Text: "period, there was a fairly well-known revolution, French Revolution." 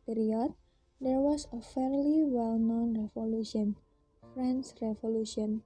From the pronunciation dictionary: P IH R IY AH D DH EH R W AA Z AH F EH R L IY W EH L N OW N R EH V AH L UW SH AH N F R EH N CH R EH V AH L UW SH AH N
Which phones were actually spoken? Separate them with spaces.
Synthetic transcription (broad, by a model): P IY R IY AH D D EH R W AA S AH F EH R L IY W EH L N OW N R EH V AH L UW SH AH N F R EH N S R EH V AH L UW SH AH N